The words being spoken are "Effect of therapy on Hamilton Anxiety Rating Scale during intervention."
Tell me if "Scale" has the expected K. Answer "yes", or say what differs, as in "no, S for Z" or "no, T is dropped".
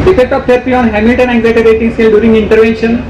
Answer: no, K is dropped